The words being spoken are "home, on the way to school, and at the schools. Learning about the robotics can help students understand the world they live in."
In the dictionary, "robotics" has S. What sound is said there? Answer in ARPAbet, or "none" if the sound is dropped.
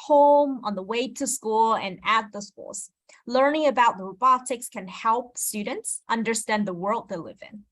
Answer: S